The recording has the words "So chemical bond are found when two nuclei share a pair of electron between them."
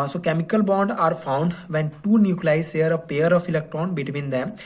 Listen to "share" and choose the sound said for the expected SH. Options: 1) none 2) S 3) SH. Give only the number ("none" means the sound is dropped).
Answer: 2